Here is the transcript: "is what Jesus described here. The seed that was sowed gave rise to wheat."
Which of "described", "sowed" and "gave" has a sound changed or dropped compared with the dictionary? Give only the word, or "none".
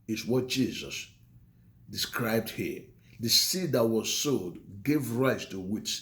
none